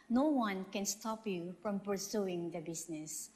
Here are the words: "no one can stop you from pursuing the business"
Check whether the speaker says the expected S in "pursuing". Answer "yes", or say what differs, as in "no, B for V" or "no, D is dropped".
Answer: yes